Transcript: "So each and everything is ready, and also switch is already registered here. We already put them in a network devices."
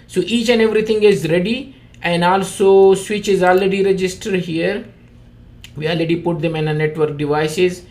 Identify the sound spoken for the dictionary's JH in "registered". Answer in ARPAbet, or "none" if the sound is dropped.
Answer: JH